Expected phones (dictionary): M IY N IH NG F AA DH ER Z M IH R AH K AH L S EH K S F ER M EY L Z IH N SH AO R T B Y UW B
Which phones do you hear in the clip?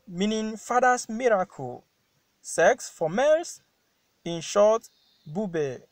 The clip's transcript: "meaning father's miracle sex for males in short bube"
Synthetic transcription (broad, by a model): M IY N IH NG F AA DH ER S M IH R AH K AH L S EH K S F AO M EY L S IH N SH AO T B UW B